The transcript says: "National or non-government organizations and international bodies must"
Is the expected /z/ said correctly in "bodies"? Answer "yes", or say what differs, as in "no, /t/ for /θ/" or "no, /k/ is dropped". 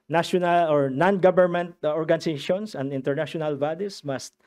no, /s/ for /z/